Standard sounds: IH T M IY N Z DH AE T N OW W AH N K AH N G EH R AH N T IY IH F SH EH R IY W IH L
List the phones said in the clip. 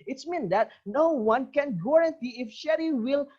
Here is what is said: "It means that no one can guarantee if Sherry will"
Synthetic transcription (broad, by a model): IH T M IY N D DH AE T N OW W AH N K AH N G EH R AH N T IY IH F SH EH R IY W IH L